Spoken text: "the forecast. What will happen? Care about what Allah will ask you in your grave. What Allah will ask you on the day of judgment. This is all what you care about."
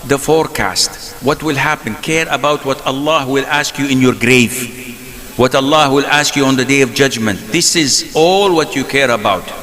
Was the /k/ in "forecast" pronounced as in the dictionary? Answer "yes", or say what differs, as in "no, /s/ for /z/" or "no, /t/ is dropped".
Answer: yes